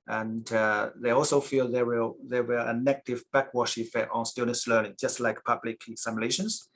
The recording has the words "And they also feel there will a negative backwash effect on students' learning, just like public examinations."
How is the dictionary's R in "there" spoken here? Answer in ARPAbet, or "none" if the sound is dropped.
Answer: W